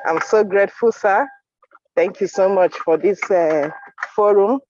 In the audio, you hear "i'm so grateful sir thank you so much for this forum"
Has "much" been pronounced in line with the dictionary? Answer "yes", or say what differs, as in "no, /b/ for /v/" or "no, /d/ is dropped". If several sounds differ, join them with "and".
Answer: yes